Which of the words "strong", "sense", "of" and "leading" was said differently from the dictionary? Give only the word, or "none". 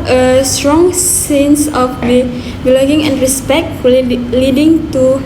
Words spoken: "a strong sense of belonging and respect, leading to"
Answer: of